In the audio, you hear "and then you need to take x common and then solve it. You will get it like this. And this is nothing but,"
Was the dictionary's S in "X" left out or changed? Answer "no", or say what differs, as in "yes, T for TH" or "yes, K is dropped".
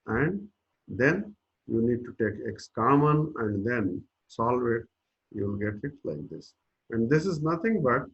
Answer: no